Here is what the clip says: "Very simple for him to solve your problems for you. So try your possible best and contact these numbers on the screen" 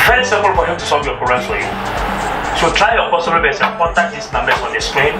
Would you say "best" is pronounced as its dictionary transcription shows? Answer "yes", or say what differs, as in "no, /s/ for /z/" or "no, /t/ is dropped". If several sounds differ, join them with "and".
no, /t/ is dropped